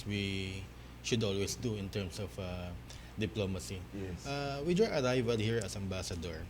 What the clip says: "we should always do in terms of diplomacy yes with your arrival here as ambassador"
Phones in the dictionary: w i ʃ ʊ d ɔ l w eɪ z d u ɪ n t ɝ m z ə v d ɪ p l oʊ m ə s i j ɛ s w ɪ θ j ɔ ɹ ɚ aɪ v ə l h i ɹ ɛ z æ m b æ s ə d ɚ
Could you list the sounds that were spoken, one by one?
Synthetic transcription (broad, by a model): w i ʃ ʊ d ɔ l w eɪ s d u ɪ n t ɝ m s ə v d ɪ p l oʊ m ə s i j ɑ w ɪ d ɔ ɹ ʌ aɪ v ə l h i ɹ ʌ s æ m b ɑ s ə d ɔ